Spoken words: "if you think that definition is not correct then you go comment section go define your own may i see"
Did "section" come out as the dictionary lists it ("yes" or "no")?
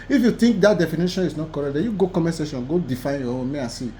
no